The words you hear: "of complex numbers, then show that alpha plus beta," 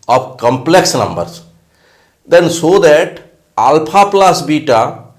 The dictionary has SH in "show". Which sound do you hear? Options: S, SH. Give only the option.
S